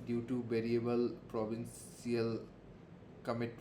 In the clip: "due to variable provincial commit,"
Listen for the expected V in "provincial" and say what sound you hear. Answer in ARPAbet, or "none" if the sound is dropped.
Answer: B